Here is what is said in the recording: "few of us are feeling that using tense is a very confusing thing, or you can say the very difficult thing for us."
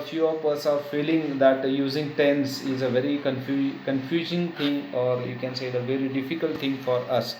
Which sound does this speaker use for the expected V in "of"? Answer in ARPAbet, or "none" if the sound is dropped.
P